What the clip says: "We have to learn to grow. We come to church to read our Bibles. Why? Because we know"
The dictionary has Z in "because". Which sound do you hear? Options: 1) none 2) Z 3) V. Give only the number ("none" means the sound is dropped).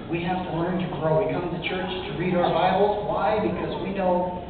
2